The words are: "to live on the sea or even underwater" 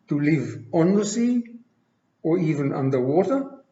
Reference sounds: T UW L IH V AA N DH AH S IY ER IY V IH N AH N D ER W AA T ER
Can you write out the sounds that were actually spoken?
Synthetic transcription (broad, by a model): T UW L IH V AA N DH AH S IY ER IY V IH N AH N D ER W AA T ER